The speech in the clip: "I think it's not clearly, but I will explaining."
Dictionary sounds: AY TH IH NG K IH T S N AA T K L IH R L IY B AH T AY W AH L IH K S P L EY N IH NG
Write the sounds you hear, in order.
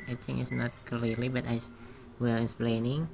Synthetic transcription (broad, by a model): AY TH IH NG IH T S N AA T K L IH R L IY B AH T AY W AH L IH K S P L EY N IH NG